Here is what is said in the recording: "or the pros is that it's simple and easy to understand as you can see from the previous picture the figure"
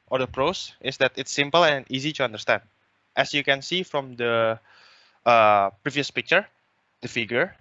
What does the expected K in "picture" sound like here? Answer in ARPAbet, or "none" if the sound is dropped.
K